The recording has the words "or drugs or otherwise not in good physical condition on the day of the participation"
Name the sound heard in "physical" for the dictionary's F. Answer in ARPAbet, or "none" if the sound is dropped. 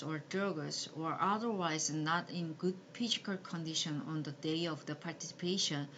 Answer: P